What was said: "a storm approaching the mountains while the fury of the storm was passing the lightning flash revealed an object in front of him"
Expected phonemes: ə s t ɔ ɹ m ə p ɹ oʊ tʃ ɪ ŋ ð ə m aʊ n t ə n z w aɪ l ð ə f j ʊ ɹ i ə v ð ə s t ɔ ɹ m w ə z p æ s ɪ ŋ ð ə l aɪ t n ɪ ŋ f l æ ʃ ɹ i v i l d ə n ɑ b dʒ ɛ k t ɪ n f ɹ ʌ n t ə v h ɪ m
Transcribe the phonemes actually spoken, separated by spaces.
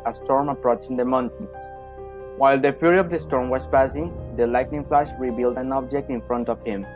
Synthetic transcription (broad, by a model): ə s t ɔ ɹ m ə p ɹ oʊ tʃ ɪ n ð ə m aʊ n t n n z w aɪ l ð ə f j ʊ ɹ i ə v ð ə s t ɔ ɹ m w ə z p æ s ɪ ŋ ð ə l aɪ t n ɪ ŋ f l æ ʃ ɹ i b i l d ə n ɑ b dʒ ɛ k t ɪ n f ɹ ʌ n t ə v h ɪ m